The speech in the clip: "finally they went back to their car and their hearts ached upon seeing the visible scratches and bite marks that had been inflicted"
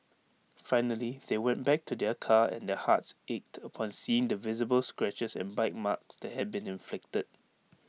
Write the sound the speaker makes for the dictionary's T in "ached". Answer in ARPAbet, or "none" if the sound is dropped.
T